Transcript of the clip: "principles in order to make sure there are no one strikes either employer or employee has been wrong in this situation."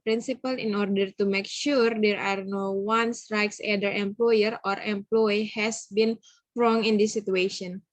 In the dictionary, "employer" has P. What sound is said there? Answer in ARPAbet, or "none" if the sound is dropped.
P